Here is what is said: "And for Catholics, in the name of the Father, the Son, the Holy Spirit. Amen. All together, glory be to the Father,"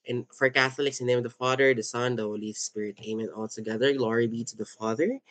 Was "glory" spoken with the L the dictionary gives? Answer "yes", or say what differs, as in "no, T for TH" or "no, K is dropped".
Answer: yes